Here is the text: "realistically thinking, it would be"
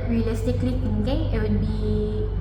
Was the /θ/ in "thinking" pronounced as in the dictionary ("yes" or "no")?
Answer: no